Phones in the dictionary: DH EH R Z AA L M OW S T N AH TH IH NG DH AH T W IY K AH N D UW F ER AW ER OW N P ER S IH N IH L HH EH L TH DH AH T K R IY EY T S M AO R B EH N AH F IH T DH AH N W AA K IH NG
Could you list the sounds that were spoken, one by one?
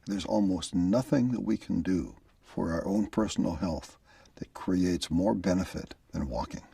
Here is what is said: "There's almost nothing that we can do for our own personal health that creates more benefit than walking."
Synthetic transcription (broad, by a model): DH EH R Z AA L M OW S T N AH TH IH NG DH AH T W IY K N D UW F ER AW ER OW N P ER S N L HH EH L TH DH AH T K R IY EY T S M AO R B EH N AH F IH T DH AH N W AA K IH NG